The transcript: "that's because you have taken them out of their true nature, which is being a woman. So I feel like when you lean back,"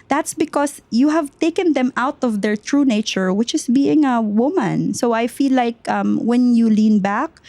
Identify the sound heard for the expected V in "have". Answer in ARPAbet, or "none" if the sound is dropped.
V